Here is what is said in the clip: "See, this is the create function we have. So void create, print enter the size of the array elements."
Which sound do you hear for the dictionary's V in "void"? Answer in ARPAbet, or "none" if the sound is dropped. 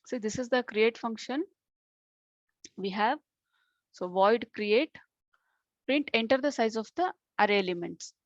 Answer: V